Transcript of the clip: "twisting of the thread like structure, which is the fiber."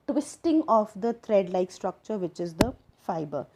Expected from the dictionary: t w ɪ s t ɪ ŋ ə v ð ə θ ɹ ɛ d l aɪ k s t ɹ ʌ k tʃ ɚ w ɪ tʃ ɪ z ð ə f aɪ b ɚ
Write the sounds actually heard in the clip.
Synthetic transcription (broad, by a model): t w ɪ s t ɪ ŋ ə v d ə t ɹ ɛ d l aɪ k s t ɹ ʌ k tʃ ɚ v ɪ tʃ ɪ z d ə f aɪ b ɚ